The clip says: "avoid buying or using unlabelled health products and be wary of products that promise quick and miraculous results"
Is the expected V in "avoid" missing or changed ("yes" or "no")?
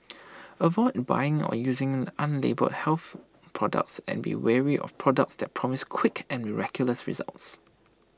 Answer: no